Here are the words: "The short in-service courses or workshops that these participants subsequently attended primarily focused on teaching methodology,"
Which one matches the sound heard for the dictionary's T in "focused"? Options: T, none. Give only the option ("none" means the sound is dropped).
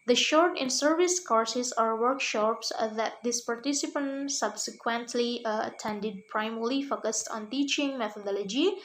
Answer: T